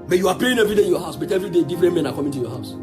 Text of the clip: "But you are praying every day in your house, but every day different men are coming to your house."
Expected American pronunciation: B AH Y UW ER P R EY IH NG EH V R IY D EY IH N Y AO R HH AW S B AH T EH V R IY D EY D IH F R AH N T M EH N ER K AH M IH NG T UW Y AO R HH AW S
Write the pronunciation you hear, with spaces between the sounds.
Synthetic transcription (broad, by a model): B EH Y UW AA P L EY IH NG EH V R IY D EY IH N Y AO HH AW S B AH T EH V R IY D EY D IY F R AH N M EH N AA K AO M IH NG T UW Y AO HH AW S